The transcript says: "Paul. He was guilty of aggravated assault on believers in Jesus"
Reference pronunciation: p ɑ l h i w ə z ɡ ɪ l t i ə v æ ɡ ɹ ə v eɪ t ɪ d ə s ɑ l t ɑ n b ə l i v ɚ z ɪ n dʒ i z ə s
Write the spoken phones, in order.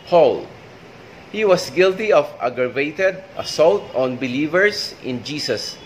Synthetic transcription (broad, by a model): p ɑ l h i w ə s ɡ ɪ l t i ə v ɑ ɡ ɹ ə v eɪ t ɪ d ə s ɑ l t ɑ n b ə l i v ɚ s ɪ n dʒ i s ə s